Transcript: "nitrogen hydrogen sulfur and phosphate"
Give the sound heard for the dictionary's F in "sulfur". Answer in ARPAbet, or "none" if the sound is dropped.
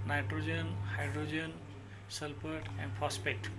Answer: P